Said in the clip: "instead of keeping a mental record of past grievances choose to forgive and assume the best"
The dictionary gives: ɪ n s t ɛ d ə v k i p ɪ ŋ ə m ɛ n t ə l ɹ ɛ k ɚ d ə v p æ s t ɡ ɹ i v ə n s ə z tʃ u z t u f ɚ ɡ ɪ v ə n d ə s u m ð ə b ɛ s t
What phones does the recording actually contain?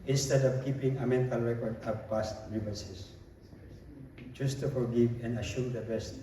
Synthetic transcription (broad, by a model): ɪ n s t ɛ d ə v k i p ɪ ŋ ə m ɛ n t ə l ɹ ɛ k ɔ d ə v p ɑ s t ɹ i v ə s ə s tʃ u s t u f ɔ ɡ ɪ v ə n d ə ʃ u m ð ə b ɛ s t